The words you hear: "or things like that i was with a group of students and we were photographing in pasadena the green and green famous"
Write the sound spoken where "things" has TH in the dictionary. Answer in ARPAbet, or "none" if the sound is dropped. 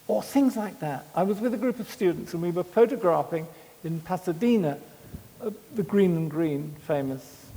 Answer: TH